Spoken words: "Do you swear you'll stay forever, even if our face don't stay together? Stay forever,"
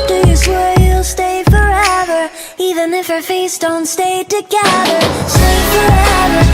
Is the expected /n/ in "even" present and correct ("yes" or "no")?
yes